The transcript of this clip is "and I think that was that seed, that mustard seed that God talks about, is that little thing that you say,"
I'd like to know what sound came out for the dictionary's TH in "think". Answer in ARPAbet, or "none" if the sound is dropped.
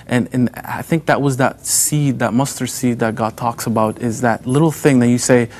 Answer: TH